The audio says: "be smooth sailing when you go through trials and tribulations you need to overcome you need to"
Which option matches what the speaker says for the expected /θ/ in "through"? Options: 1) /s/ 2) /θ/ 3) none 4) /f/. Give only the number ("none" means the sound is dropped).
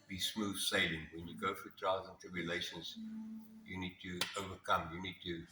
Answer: 4